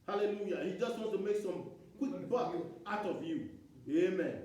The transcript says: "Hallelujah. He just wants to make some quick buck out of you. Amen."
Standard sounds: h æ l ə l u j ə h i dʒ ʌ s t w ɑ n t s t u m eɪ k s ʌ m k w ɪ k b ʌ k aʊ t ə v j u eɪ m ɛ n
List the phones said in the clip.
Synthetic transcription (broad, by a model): h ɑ l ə l u j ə h i dʒ ʌ s t w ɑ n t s t u m eɪ k s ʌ m k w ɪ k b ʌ aʊ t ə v j u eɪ m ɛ n